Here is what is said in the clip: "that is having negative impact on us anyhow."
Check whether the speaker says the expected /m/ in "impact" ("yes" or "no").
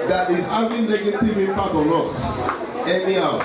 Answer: no